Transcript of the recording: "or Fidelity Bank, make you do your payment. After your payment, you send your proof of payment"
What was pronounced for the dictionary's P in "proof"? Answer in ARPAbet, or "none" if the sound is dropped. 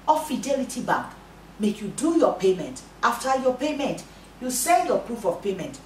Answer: P